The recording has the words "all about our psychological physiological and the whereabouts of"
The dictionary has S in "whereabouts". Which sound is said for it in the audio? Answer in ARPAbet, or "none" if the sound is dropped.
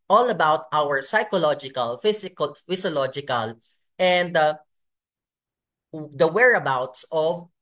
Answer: S